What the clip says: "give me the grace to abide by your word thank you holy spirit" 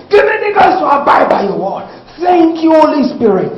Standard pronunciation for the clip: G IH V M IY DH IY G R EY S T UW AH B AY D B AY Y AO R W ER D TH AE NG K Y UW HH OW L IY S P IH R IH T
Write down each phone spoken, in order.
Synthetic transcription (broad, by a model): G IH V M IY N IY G AO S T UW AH B AY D B AY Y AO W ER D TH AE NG K Y UW HH OW L IY S P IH R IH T